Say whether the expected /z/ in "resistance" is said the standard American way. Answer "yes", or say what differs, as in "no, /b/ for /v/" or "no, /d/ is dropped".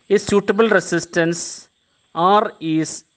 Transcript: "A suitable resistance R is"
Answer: no, /s/ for /z/